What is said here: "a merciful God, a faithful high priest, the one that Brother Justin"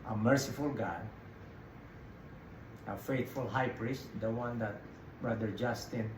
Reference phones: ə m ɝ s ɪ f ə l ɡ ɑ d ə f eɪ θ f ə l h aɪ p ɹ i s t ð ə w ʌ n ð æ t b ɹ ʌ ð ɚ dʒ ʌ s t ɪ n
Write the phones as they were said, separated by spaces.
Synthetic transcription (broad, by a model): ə m ɝ s ɪ f ə l ɡ ɑ d ə f eɪ t f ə l h aɪ p ɹ i s t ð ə w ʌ n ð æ t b ɹ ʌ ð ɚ dʒ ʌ s t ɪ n